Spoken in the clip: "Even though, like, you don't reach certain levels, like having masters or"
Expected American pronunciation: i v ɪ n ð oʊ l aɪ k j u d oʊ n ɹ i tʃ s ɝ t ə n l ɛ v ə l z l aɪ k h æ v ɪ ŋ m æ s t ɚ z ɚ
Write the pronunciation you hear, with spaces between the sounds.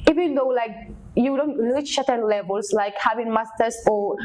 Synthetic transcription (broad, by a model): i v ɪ n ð oʊ l aɪ k j u d oʊ n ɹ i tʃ ʃ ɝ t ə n l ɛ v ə l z l aɪ k h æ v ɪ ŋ m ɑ s t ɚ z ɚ